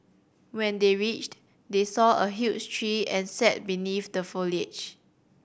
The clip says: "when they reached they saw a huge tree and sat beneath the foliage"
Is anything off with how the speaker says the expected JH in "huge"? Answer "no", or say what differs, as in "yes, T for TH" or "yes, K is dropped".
yes, CH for JH